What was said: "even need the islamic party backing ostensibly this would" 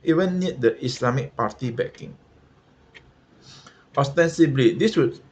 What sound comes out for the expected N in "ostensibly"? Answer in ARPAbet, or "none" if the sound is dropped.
N